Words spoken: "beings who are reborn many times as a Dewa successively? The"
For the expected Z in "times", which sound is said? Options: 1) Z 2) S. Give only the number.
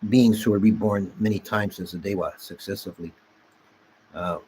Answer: 1